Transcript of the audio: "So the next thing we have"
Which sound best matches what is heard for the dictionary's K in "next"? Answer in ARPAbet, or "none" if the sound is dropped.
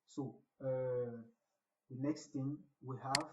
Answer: K